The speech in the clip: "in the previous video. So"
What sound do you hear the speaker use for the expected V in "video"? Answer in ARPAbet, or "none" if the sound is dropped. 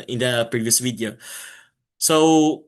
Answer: W